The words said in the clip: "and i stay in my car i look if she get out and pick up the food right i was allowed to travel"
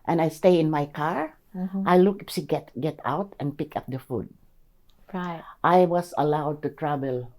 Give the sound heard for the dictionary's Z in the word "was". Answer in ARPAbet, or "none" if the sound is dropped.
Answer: S